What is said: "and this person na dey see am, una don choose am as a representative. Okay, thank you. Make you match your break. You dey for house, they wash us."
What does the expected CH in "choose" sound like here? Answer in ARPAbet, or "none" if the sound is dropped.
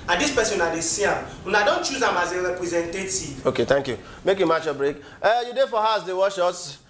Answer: CH